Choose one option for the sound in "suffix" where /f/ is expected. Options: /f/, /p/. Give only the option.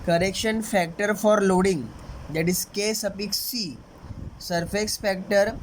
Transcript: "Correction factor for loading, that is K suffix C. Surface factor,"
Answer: /p/